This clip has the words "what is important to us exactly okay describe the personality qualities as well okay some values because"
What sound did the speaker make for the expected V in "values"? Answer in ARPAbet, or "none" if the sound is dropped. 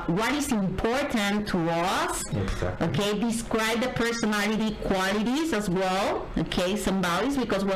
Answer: B